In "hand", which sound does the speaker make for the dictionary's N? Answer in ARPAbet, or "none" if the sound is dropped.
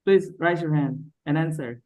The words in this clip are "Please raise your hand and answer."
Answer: N